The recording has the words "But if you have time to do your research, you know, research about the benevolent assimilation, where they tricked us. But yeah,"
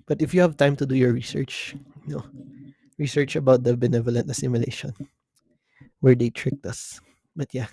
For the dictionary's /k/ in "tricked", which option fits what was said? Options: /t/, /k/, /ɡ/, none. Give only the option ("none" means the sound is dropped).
/k/